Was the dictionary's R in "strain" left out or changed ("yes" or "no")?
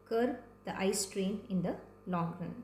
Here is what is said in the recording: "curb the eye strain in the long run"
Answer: no